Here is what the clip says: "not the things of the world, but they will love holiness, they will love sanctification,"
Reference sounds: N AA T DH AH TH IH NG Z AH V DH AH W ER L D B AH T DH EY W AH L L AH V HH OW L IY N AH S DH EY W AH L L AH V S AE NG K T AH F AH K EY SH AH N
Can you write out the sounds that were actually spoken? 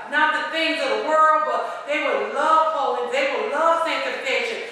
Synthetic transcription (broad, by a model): N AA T DH AH TH IH NG Z AH V DH AH W ER L D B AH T DH EY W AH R L AH V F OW IY AH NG DH EY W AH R L AH V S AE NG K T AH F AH K EY SH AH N